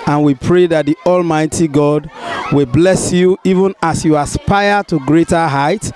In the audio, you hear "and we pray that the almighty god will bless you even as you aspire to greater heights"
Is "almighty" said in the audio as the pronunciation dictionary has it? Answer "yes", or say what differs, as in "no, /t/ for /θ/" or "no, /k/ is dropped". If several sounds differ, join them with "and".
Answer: yes